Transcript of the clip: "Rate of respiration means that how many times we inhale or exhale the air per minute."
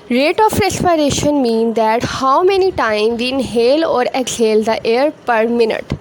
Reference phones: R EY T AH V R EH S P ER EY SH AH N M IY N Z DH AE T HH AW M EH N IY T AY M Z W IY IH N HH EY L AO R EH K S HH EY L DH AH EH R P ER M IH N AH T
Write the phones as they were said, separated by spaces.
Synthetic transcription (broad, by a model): R EY T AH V R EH S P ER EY SH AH N M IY N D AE T HH AW M EH N IY T AY M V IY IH N HH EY L AO R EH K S HH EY L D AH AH R P ER M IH N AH T